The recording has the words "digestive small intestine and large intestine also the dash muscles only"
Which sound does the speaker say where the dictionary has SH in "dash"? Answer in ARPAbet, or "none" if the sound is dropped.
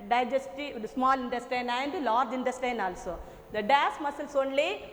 S